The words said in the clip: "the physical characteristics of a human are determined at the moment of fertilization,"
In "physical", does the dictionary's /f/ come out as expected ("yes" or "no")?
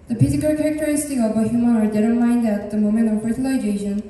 no